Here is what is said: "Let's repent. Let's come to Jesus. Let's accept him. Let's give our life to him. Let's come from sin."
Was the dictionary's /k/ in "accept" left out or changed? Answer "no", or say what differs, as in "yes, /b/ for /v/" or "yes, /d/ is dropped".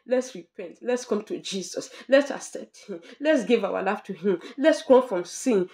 yes, /k/ is dropped